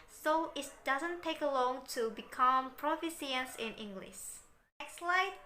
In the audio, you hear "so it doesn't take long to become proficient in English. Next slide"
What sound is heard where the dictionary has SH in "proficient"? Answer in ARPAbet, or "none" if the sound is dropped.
S